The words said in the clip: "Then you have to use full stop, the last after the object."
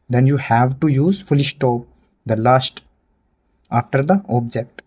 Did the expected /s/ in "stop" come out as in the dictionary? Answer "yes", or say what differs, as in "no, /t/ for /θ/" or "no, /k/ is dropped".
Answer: no, /ʃ/ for /s/